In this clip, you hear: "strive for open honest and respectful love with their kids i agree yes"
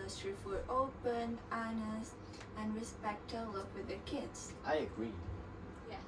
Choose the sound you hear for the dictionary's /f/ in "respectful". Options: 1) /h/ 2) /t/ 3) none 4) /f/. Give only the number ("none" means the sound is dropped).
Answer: 3